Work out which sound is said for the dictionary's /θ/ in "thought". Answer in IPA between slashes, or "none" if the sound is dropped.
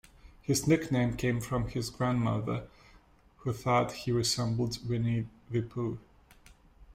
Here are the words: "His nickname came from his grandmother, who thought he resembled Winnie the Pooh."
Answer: /θ/